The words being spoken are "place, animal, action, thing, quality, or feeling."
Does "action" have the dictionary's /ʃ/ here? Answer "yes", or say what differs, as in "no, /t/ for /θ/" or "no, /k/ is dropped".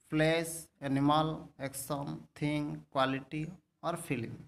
no, /s/ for /ʃ/